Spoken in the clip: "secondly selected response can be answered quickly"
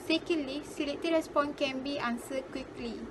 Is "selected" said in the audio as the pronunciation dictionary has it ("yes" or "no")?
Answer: no